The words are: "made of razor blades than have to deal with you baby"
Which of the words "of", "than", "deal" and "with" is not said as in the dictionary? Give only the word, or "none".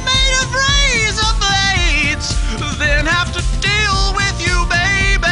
of